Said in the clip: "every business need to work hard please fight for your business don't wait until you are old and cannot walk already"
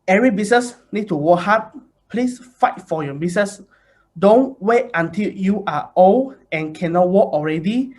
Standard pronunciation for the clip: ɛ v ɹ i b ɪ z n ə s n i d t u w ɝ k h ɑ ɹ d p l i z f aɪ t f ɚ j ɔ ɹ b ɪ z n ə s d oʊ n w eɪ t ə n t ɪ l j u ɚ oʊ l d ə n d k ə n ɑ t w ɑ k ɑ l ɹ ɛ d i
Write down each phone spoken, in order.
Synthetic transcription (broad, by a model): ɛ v ɹ i b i s n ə s n i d t u w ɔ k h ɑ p p l i s f aɪ t f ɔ j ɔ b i s n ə s d oʊ n w eɪ t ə n t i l j u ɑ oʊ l ə n k ə n ɑ t w ɑ k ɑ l ɹ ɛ d i